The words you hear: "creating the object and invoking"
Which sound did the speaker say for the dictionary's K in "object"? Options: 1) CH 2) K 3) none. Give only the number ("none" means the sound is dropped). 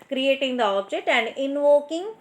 3